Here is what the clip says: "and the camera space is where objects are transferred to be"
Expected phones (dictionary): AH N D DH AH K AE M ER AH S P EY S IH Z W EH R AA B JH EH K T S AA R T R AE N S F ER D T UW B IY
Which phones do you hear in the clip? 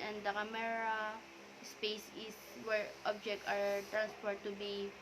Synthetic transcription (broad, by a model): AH N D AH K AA M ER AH S P EY S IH S W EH R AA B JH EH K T AA R T R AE N S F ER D T UW B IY